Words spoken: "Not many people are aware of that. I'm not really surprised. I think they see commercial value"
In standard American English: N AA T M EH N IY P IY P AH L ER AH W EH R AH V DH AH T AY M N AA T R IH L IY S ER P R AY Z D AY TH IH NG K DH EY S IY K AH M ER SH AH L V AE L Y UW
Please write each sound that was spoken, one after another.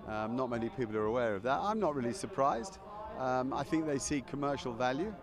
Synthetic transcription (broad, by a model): N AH T M EH N IY P IY P L ER AH W EH R AH V DH AH T AY M N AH T R IH L IY S ER P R AY Z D AY TH IH NG K DH EY S IY K AH M ER SH AH L V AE L Y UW